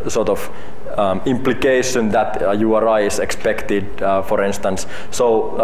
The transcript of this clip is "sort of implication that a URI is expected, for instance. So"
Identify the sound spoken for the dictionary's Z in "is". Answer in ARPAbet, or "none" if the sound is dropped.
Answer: S